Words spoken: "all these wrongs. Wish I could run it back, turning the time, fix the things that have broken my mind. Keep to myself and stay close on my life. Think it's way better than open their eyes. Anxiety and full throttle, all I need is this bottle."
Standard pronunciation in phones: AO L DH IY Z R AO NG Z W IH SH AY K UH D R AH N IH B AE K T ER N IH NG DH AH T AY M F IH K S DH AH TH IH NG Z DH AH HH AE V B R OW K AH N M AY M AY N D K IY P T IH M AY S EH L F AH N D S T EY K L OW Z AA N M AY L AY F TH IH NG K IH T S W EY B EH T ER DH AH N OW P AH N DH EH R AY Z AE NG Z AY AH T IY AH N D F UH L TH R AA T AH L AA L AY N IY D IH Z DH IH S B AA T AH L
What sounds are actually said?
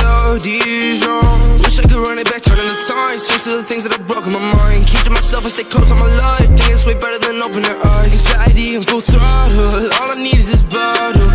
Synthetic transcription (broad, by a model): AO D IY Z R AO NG W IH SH AY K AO R AH N IH B AE K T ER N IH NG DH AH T AY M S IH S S DH AH TH IH NG Z DH AH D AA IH B R OW K AH N M AY M AY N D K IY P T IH M AY S EH L F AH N S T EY K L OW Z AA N M AY L AY F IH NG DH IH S W EY B EH T ER DH AH N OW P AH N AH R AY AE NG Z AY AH T IY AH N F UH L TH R AA L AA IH N IY D IH Z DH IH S B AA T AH